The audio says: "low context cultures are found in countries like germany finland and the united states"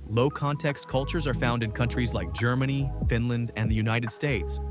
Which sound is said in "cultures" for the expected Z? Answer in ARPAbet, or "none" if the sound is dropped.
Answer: Z